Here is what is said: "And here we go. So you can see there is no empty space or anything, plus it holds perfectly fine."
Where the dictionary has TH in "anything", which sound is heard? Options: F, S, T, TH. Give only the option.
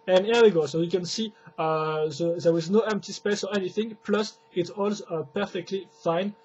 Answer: TH